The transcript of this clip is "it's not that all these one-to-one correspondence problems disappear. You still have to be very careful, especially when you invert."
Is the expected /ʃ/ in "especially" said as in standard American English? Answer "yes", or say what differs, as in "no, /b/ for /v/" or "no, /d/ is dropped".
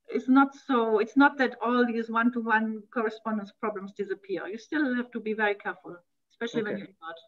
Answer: yes